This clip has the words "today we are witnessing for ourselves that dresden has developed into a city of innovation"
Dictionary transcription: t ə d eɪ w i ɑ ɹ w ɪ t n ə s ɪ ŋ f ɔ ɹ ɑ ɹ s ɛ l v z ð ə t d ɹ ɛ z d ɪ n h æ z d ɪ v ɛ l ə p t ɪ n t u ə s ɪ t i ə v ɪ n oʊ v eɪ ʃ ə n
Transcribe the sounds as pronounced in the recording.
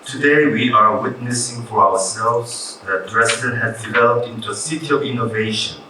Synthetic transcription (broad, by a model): t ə d eɪ w i ɑ ɹ w ɪ t n ə s ɪ ŋ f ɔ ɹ ɑ w s ɛ l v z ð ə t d ɹ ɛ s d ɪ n h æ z d ɪ v ɛ l ə p t ɪ n t u ə s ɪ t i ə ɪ n oʊ v eɪ ʃ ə n